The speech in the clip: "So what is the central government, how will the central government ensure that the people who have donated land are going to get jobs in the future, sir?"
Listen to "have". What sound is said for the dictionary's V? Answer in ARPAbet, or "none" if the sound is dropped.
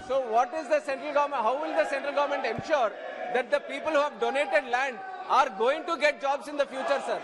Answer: V